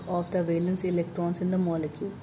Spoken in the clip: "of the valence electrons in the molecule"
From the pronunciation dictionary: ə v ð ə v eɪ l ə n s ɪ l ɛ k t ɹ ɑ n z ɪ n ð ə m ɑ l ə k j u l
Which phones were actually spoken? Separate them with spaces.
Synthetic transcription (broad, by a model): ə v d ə v eɪ l ə n s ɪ l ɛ k t ɹ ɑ n s ɪ n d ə m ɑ l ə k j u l